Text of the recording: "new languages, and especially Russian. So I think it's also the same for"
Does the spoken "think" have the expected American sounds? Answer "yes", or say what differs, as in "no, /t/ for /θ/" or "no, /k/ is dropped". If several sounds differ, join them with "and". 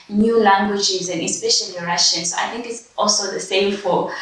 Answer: yes